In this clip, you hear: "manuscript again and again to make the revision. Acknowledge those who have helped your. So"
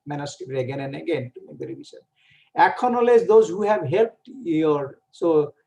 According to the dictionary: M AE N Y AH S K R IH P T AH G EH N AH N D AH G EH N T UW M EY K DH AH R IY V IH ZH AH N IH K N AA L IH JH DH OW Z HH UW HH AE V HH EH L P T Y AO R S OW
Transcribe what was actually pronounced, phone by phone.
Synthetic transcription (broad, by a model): M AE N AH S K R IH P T AH G EH N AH N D AH G EH N T UW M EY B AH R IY B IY S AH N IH K N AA L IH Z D OW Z HH UW HH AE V HH EH L P T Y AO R S OW